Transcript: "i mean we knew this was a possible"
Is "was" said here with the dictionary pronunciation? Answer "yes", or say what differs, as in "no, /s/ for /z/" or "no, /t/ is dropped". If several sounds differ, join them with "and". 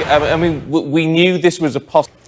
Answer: yes